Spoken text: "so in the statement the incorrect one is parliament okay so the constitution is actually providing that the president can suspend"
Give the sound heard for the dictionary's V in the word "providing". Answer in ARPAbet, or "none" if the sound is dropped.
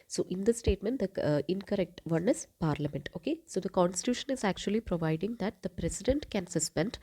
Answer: V